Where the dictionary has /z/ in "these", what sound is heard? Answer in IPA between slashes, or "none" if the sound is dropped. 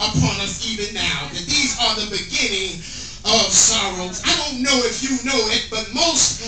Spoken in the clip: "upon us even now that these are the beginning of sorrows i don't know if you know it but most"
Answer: /z/